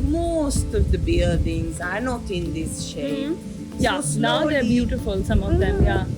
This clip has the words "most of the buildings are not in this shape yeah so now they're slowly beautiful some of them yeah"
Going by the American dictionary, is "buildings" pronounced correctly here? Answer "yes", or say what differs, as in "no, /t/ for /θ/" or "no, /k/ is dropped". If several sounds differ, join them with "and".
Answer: no, /l/ is dropped